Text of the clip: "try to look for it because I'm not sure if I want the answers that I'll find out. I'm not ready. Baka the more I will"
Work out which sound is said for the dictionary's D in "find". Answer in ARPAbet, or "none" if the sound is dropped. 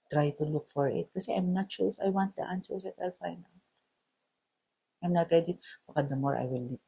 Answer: none